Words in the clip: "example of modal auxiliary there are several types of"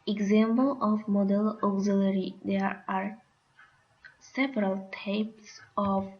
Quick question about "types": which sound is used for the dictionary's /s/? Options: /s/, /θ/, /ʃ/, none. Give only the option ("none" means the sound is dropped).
/s/